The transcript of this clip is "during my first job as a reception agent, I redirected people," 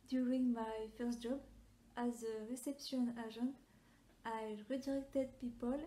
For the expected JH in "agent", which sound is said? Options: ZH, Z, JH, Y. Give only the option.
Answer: ZH